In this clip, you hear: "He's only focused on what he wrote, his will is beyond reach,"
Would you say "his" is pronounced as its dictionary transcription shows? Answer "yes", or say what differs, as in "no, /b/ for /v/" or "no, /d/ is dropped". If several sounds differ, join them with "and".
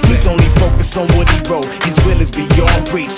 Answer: yes